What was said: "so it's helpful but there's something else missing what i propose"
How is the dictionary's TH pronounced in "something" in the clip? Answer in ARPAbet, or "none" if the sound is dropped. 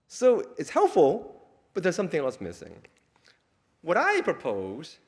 TH